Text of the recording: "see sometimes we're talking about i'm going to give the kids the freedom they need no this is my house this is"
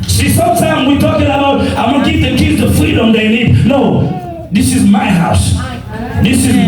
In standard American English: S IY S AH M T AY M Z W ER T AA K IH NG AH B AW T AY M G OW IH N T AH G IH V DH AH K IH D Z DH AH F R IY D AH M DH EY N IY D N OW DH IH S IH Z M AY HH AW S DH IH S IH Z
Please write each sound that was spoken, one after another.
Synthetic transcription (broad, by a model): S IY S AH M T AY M W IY T AA K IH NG AH B AW T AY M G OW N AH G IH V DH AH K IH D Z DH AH F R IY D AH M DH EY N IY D N OW DH IH S IH Z M AY HH AW S DH IH S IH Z